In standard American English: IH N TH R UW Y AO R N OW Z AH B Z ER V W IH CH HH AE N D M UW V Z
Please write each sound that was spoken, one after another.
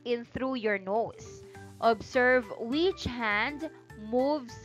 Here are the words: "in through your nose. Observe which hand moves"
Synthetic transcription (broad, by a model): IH N TH R UW Y AO R N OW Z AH B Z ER V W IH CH HH AE N D M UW V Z